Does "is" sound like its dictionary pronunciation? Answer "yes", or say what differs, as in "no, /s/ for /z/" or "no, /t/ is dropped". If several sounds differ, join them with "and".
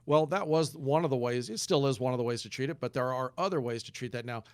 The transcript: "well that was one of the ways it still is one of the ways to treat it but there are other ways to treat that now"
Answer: yes